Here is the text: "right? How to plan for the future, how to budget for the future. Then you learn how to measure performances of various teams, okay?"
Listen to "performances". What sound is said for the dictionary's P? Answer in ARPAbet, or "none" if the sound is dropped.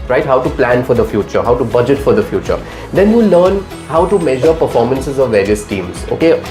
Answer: P